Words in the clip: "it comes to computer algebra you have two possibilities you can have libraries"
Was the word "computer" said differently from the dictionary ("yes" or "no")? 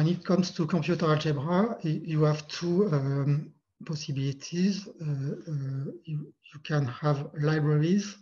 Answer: yes